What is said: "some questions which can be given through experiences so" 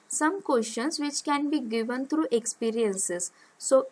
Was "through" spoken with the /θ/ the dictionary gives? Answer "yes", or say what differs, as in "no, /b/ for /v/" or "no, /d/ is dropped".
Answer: no, /t/ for /θ/